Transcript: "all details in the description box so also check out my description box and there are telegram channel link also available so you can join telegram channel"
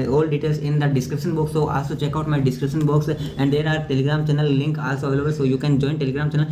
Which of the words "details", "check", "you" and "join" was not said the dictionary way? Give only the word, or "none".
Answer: details